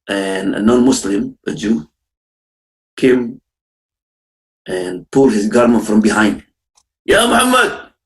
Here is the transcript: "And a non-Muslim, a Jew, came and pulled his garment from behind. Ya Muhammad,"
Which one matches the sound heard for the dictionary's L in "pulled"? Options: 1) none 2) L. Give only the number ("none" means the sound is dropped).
1